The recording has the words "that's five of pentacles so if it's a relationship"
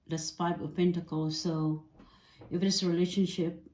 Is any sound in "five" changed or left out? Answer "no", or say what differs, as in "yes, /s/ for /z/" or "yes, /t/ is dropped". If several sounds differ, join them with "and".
yes, /p/ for /f/